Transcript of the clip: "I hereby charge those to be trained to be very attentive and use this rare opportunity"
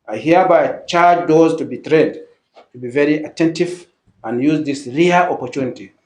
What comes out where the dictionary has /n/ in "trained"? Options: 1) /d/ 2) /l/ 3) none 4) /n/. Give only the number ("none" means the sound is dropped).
3